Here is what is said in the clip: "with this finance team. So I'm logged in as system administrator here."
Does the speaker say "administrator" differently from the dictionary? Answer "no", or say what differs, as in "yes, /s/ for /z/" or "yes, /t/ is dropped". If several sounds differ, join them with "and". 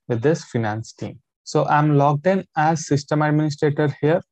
no